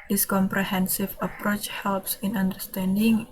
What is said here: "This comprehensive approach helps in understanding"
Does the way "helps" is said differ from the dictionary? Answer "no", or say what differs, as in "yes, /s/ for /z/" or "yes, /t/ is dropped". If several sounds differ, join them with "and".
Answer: no